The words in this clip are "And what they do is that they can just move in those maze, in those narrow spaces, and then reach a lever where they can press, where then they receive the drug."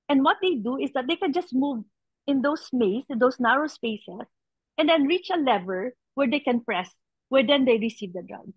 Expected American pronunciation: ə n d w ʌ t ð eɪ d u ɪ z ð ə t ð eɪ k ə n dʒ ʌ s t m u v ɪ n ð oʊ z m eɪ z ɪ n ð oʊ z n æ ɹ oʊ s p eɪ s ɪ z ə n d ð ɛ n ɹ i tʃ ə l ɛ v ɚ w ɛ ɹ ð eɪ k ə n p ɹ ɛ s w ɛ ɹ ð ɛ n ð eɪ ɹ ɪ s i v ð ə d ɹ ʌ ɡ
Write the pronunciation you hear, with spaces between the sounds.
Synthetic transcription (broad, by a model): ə n d w ʌ t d eɪ d u ɪ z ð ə t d eɪ k ə n dʒ ʌ s t m u v ɪ n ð oʊ s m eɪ s ɪ n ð oʊ s n æ ɹ oʊ s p eɪ s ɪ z ə n d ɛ n ɹ i tʃ ə l ɛ v ɚ w ɛ ɹ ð eɪ k ə n p ɹ ɛ s w ɛ ɹ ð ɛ n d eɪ ɹ ɪ s i v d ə d ɹ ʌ ɡ